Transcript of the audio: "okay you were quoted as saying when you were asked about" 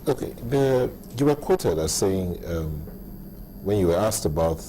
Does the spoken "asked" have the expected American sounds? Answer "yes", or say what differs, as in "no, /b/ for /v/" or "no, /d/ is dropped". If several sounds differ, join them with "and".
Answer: yes